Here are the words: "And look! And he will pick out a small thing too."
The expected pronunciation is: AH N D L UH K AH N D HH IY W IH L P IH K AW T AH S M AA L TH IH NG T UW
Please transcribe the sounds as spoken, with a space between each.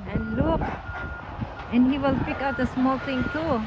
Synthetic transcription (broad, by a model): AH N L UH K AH N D HH IY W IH L P IH K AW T AH S M AA L T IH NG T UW